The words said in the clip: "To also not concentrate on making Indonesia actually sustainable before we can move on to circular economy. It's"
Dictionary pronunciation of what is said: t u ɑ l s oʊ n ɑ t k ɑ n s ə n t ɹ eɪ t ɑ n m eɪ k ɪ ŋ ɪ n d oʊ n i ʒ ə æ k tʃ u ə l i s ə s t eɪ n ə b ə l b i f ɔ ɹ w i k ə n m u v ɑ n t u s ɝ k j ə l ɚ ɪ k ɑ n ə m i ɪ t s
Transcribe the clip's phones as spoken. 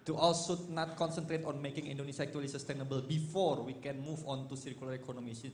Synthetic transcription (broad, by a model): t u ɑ l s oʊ n ɑ t k ɑ n s ə n t ɹ eɪ t ɑ n m eɪ k ɪ ŋ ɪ n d oʊ n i s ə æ k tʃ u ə l i s ə s t eɪ n ə b ə l b i f ɔ ɹ w i k ə n m u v ɑ n t u s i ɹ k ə l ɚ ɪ k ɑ n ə m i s